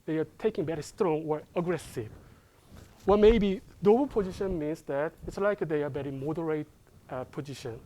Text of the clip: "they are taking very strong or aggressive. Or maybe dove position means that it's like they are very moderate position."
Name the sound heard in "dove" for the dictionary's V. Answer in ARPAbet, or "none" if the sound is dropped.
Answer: B